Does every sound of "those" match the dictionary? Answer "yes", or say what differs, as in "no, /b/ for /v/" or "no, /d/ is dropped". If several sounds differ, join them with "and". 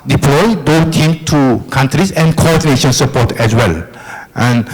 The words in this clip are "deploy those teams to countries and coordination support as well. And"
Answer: no, /z/ is dropped